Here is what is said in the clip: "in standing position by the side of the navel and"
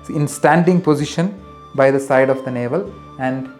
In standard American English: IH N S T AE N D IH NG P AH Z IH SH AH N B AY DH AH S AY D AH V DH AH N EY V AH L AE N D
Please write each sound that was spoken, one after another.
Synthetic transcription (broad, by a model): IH N S T AE N D IH NG P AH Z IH SH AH N B AY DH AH S AY D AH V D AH N EY V AH L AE N D